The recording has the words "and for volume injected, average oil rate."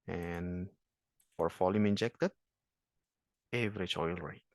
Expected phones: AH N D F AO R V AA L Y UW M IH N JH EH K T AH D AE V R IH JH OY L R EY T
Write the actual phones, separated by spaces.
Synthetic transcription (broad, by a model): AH N F AO R F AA L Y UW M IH N JH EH K T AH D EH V R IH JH OY L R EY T